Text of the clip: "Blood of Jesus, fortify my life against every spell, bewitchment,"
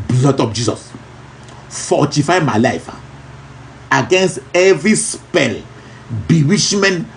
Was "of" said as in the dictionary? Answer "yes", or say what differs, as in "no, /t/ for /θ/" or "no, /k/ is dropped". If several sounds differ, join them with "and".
no, /p/ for /v/